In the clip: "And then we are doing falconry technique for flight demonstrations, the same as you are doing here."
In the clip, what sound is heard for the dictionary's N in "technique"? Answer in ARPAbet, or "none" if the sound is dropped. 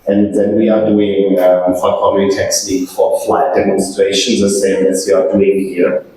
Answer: L